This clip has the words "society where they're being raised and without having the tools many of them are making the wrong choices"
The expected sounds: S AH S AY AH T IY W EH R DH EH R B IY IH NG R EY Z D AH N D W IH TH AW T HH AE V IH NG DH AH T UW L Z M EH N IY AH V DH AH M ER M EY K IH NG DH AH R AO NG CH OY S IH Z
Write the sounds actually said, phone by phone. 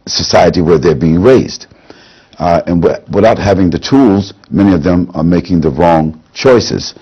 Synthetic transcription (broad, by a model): S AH S AY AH T IY W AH R DH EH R B IY IH NG R EY Z D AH N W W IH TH AW T HH AE V IH NG DH AH T UW L Z M EH N IY AH V DH AH M ER M EY K IH NG DH AH R AO NG CH OY S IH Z